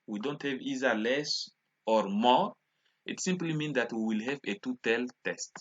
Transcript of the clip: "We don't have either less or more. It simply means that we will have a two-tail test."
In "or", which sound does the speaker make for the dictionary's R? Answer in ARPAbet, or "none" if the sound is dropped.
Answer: R